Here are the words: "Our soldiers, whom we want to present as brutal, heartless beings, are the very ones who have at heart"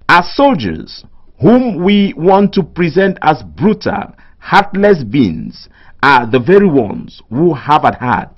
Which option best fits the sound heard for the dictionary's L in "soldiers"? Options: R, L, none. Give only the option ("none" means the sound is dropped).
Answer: L